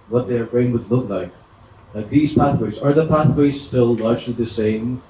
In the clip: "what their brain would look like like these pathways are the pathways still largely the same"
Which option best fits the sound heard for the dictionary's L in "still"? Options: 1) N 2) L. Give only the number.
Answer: 2